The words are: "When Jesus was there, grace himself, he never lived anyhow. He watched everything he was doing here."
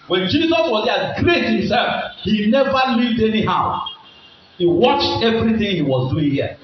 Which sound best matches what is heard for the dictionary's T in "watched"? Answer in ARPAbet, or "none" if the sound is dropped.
T